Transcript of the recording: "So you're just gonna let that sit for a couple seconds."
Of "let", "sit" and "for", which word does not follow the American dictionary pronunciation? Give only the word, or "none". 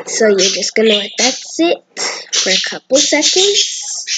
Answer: let